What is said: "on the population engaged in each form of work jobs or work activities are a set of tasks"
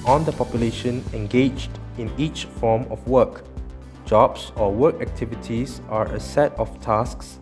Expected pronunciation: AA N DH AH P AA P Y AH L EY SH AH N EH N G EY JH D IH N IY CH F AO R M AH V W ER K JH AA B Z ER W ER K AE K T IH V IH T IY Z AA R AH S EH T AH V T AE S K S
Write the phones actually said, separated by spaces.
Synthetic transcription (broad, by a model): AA N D AH P AA P Y AH L EY SH AH N EH N G EY JH D IH N IY CH F AO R M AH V W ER K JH AA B S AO W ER K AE K T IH V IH T IY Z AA R AH S EH T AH F T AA S K S